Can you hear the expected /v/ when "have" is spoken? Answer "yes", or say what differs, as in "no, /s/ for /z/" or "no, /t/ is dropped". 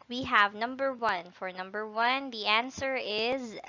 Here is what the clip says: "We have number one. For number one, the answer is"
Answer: yes